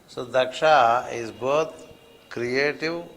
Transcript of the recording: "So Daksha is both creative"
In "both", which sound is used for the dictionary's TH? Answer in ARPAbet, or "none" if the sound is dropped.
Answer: T